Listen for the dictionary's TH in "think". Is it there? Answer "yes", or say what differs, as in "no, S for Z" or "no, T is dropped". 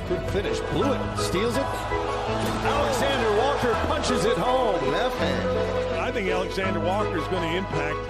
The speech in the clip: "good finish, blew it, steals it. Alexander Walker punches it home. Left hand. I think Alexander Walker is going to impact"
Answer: yes